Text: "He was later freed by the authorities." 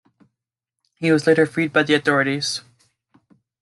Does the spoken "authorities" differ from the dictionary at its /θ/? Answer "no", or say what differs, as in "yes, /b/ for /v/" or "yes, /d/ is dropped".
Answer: no